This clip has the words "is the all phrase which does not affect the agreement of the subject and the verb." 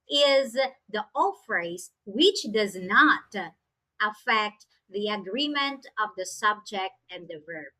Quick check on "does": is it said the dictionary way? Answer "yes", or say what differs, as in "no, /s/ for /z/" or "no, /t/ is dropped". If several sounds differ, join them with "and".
yes